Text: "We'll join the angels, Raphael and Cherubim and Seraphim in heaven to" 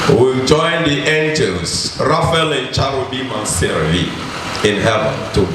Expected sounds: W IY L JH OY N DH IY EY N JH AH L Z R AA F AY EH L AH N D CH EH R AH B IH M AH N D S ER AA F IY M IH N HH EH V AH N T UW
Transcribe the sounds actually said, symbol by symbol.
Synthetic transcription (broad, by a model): W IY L JH OY N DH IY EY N JH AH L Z R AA F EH L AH N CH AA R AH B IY M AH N S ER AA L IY IH N HH EH V AH N T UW